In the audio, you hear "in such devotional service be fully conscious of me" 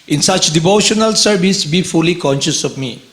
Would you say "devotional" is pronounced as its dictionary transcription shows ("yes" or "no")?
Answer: yes